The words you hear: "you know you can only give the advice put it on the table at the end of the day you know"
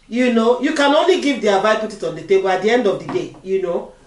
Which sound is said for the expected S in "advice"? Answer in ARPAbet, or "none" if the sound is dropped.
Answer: none